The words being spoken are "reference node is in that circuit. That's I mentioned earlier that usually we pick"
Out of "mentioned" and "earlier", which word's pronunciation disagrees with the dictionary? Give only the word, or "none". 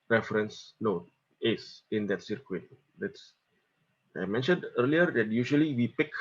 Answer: none